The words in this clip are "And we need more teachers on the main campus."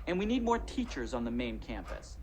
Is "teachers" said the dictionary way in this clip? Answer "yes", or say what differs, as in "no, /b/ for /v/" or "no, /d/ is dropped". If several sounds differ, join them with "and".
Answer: yes